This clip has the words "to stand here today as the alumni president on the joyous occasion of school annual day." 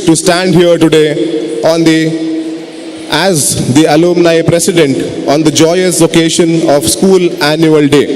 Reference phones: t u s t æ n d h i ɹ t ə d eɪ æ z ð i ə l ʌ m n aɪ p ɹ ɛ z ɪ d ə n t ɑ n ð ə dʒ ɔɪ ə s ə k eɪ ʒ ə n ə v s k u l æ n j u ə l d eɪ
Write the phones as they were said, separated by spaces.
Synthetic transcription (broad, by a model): t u s t æ n d h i ɹ t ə d eɪ æ z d i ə l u m n aɪ p ɹ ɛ s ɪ d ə n t ɑ n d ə dʒ ɔɪ ə s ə k eɪ ʃ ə n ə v s k u l æ n j u ə l d eɪ